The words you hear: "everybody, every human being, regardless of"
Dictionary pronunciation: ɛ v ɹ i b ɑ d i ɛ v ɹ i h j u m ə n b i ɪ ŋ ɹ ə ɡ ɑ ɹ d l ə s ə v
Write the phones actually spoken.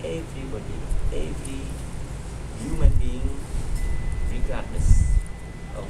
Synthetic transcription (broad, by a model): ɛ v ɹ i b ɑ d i ɛ v ɹ i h j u m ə n b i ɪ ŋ ɹ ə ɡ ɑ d n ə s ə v